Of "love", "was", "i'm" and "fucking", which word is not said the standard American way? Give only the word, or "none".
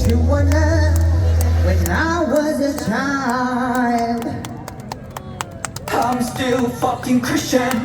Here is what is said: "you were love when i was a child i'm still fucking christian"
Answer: love